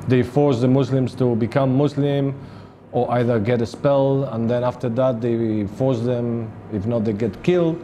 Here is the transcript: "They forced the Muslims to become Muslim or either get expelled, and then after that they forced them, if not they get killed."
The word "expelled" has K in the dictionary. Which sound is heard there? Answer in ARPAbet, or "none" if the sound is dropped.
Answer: none